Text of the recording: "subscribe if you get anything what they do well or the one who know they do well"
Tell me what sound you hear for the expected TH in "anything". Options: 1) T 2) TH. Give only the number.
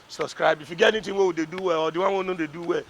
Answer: 1